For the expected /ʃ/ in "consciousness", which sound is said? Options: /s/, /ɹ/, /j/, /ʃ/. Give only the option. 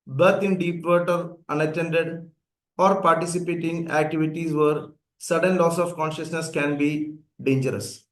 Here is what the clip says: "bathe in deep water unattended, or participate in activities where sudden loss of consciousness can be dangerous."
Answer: /ʃ/